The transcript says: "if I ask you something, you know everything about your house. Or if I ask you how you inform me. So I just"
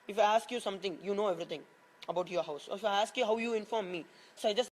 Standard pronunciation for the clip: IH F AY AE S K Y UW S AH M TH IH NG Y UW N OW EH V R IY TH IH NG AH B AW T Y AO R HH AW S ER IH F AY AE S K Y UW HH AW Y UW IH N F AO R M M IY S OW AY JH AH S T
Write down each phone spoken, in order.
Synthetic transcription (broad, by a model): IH F AY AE S K Y UW S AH M T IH NG Y UW N OW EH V R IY T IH NG AH B AW T Y AO R HH AW S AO IH F AY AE S K Y UW HH AW Y UW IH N F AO R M M IY S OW AY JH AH S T